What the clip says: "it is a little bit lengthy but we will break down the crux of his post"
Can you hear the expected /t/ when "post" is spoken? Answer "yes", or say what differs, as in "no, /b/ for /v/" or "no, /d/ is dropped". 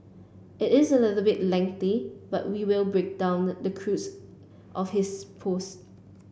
yes